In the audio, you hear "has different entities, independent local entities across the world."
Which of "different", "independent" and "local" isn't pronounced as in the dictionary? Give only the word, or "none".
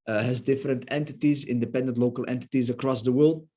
none